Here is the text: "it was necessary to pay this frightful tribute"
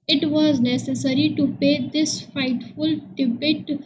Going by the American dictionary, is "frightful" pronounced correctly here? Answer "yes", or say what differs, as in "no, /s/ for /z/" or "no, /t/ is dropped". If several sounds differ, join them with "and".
no, /ɹ/ is dropped